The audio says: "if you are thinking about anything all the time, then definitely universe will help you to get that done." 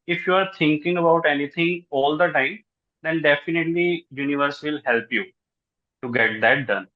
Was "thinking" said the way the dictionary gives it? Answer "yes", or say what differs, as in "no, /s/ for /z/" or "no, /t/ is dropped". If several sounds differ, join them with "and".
no, /t/ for /θ/